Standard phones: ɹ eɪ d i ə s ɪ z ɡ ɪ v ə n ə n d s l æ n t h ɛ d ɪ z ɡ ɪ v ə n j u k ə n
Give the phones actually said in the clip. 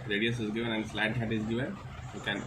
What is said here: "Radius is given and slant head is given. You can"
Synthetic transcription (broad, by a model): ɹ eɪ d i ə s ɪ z ɡ ɪ v ə n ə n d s l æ t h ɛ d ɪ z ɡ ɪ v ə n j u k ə n